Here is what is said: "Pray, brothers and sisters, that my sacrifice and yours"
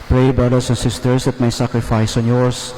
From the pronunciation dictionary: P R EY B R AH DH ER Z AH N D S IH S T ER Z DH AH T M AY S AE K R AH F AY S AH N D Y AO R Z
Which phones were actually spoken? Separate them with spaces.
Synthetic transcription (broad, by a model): P R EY B R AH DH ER S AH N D S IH S T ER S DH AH T M AY S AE K R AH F AY S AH N Y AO R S